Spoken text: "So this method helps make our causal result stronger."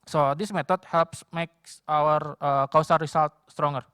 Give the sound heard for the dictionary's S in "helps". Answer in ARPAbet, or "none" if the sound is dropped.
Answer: S